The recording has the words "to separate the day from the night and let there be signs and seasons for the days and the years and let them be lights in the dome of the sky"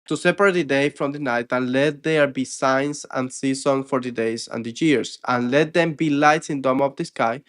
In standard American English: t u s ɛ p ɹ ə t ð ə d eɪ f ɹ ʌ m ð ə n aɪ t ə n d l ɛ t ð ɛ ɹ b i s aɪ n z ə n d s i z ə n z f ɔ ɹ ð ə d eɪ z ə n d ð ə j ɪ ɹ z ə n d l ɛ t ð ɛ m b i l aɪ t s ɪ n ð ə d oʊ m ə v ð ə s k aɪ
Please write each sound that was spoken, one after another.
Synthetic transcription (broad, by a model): t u s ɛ p ɹ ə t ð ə d eɪ f ɹ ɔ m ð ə n aɪ t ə n l ɛ t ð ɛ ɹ b i s aɪ n s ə n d s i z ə n f ɔ ɹ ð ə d eɪ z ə n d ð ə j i ɹ s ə n l ɛ t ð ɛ m b i l aɪ t s ɪ n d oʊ m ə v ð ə s k aɪ